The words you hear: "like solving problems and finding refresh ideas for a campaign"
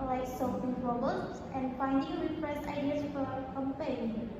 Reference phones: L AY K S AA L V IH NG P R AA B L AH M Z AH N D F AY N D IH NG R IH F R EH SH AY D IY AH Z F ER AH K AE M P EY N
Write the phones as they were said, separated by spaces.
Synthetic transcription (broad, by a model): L AY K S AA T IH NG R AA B AH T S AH N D F AY N D IH NG R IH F R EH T AY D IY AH S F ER AH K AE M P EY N